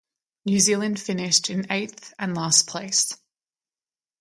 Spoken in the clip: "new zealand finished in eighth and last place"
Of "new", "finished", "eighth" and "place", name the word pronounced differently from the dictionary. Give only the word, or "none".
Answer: none